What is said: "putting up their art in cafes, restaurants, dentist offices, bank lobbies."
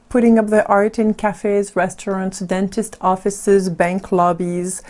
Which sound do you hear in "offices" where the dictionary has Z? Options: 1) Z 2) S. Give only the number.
1